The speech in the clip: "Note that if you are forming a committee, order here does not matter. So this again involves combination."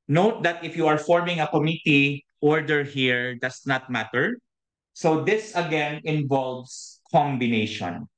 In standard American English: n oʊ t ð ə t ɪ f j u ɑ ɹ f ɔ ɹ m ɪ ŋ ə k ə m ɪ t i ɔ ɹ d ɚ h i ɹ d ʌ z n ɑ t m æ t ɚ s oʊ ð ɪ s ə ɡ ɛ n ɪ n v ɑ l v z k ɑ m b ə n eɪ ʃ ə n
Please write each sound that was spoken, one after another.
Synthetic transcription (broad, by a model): n oʊ t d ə t ɪ f j u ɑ ɹ f ɔ ɹ m ɪ ŋ ə k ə m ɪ t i ɔ ɹ d ɚ h i ɹ d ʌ s n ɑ t m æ t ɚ s oʊ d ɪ s ə ɡ ɛ n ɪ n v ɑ l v s k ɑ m b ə n eɪ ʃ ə n